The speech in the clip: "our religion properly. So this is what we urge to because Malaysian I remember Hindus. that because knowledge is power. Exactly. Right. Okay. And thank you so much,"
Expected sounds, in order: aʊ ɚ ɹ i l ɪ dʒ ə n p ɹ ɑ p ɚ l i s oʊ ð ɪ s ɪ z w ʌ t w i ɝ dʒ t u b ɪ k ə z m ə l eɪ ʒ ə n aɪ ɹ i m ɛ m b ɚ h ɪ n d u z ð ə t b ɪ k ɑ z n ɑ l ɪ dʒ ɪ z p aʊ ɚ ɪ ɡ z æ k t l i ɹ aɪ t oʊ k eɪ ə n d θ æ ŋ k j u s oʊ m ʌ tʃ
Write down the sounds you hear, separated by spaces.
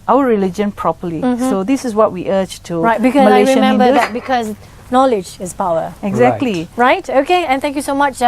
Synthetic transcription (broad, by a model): aʊ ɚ ɹ i l ɪ dʒ ə n p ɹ ɑ p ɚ l i s oʊ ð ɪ s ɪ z w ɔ t w i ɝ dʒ t u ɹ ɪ ə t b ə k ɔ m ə l aɪ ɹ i m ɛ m b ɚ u d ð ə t b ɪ k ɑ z n ɑ l ɪ dʒ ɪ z p aʊ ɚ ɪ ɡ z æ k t l i ɹ aɪ t oʊ k eɪ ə n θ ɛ ŋ k j u s oʊ m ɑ tʃ